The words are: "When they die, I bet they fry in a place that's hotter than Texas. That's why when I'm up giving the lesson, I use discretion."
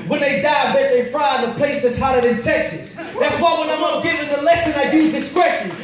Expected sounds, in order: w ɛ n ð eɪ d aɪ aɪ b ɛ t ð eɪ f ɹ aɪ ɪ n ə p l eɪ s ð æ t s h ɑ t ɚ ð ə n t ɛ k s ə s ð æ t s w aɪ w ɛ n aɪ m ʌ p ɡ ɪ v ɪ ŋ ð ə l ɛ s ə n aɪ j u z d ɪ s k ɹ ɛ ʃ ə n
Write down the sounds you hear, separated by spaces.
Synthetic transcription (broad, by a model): w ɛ n ð eɪ d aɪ aɪ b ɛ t ð eɪ f ɹ aɪ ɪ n ə p l eɪ s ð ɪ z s h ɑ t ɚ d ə n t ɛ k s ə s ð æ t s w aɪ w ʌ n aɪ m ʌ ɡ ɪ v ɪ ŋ ð ə l ɛ s ə n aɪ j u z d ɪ s k ɹ ɛ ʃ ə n